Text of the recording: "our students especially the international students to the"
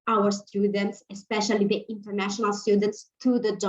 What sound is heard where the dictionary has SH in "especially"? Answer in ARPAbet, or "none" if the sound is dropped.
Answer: SH